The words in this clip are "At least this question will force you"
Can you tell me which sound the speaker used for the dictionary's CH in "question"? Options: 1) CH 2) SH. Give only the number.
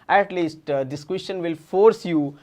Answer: 2